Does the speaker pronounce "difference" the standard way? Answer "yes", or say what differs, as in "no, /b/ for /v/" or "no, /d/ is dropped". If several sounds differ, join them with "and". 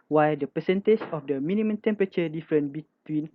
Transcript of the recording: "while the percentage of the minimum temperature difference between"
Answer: no, /s/ is dropped